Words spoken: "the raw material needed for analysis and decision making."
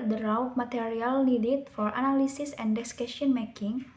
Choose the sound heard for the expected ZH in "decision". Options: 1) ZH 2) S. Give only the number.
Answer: 2